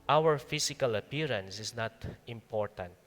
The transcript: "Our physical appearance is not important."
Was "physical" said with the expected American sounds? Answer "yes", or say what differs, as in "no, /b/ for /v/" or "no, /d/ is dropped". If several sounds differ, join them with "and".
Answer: no, /s/ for /z/